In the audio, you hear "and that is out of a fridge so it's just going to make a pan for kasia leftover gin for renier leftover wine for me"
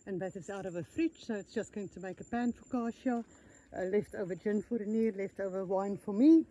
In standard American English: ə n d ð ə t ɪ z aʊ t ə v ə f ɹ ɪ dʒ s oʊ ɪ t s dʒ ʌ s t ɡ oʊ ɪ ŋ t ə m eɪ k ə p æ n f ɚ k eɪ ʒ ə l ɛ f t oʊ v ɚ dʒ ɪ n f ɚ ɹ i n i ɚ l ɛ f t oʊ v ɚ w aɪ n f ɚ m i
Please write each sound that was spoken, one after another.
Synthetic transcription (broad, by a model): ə n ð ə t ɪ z aʊ t ə v ə f ɹ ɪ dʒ s oʊ ɪ t s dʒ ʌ s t ɡ oʊ ɪ ŋ t ə m eɪ k ə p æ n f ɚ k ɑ ʃ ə l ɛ f t oʊ v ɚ dʒ ɪ n f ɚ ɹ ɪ n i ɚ l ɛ f t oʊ v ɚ w aɪ n f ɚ m i